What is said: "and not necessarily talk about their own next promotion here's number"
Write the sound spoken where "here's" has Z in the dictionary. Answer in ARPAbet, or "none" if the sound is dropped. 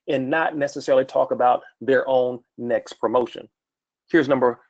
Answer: Z